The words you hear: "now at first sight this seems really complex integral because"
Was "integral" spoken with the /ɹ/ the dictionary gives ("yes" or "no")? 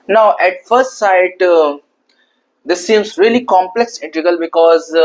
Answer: no